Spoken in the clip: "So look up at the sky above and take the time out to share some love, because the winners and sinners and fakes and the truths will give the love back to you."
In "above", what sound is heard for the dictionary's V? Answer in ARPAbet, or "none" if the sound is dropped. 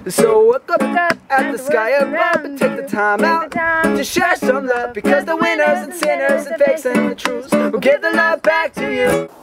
B